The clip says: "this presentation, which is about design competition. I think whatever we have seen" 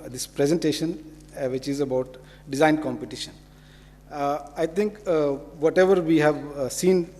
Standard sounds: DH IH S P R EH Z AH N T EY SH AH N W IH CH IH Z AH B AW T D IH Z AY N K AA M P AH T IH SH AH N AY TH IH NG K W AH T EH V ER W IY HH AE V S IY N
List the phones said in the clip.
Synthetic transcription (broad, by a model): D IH S P R EH Z AH N T EY SH AH N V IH CH IH Z AH B AW T D IH Z AY N K AA M P AH T IH SH AH N AY T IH NG K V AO T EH V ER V IY HH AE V S IY N